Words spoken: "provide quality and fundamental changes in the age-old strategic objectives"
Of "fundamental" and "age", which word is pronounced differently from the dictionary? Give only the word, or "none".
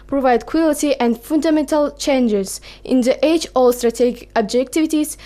age